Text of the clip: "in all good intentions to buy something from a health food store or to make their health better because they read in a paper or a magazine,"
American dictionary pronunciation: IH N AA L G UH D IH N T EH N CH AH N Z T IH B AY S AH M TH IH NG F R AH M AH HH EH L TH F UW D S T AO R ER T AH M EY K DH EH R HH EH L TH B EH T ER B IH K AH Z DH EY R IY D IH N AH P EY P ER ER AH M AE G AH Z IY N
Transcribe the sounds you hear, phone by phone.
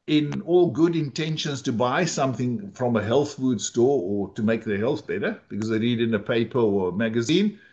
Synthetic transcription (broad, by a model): IH N AA L G UH D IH N T EH N SH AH N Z T IH B AY S AH M TH IH NG F R AH M AH HH EH L TH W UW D S T AO R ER T AH M EY K DH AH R HH EH L TH B EH T ER B IH K AH Z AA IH R IY D IH N AH P EY P ER ER AH M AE G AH Z IY N